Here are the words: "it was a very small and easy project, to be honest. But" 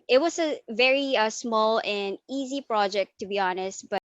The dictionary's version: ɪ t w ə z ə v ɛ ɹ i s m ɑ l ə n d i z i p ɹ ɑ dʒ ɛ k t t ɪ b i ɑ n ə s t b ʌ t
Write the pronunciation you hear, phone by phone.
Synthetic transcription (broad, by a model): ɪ t w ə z ə v ɛ ɹ i s m ɑ l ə n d i z i p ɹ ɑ dʒ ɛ k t t ɪ b i ɑ n ə s t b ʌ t